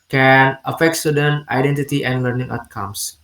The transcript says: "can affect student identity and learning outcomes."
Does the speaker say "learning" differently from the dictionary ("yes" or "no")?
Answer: no